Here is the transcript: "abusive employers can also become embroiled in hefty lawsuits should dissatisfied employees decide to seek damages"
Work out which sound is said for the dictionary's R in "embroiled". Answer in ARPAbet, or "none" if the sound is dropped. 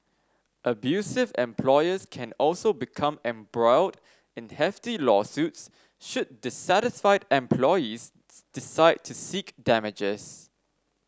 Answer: R